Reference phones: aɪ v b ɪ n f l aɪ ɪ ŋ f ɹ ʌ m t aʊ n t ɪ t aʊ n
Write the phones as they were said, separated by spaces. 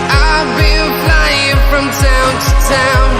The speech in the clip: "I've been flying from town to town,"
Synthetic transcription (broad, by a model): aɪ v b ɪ l f l aɪ ɪ ŋ f ɹ ʌ m t aʊ n t ɪ t aʊ n